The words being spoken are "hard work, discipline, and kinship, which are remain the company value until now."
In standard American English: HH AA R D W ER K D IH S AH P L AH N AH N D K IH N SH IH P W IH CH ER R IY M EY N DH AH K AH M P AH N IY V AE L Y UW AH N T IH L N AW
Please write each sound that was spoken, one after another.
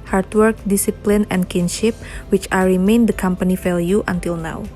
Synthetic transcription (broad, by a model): HH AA R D W ER K D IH S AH P L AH N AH N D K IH N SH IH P W IH CH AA R IY M EY N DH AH K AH M P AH N IY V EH L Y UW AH N T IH L N AW